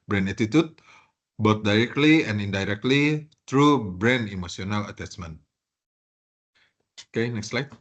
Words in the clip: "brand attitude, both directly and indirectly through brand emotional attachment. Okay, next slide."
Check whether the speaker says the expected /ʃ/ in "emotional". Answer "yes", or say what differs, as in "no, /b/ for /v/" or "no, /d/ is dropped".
no, /s/ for /ʃ/